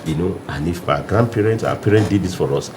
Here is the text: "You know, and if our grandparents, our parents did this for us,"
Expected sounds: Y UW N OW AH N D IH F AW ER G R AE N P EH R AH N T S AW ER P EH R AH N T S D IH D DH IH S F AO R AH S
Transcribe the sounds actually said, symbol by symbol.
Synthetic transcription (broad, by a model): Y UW N OW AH N IH F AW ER G R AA N P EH R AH N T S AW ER P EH R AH N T D IH D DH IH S F AO R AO S